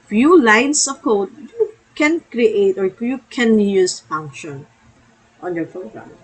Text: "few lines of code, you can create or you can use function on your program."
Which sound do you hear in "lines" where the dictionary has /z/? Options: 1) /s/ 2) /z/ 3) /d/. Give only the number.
1